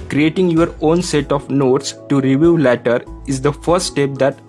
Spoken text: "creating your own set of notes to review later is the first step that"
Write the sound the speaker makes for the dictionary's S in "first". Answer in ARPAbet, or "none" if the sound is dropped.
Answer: S